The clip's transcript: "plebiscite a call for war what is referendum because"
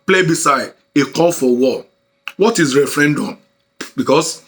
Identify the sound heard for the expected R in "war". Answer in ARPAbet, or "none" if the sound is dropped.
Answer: L